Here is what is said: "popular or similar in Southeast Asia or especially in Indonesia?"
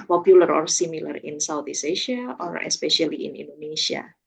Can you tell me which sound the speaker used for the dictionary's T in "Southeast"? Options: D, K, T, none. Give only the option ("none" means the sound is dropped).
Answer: none